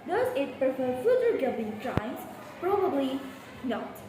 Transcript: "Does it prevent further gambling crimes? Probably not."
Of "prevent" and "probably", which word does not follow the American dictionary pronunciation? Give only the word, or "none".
prevent